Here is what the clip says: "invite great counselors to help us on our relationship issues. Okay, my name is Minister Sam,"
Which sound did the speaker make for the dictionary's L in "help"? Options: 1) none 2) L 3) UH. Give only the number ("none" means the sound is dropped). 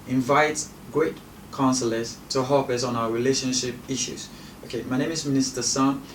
1